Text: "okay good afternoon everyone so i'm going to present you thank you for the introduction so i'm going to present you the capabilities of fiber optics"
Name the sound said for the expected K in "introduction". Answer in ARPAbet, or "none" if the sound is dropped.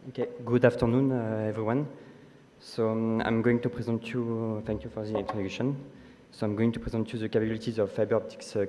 none